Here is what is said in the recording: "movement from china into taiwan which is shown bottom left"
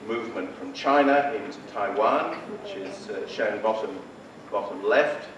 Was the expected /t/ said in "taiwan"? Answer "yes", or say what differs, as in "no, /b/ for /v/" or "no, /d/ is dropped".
yes